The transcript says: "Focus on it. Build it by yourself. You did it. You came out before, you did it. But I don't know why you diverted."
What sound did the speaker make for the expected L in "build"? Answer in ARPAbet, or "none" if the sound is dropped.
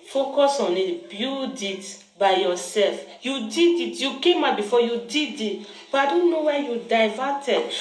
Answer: none